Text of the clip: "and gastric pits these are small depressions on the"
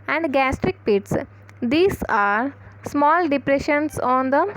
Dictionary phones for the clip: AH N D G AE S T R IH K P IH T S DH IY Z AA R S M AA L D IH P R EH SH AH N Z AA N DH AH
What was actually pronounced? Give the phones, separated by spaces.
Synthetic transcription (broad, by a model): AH N D G AE S T R IH K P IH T S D IY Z AA R S M AA L D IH P R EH SH AH N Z AA N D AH